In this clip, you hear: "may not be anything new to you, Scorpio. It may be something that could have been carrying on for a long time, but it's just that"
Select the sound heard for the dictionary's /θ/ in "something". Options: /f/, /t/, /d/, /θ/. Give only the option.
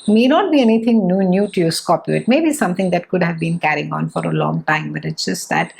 /t/